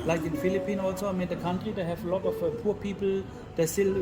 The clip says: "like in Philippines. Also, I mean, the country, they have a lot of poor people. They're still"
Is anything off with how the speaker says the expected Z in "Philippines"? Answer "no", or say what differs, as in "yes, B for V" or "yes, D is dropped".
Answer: yes, Z is dropped